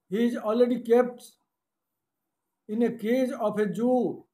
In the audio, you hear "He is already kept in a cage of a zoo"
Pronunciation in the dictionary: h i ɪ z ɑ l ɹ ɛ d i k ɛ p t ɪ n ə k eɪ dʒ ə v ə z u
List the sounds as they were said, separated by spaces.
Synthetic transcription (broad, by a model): h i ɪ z ɑ l ɹ ɛ d i k ɛ p t ɪ n ə k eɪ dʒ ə p ə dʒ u